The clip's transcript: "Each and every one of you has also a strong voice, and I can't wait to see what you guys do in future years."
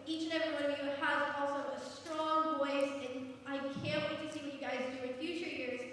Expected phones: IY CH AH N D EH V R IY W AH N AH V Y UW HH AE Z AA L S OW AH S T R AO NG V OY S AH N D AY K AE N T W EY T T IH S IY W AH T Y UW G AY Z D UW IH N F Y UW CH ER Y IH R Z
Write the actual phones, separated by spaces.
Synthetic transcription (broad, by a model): IY CH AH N EH V R IY W AH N AH V Y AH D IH AA L S OW AH S T R AO NG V OY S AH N AY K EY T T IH S IY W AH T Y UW G AY Z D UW IH N F Y UW CH ER Y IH R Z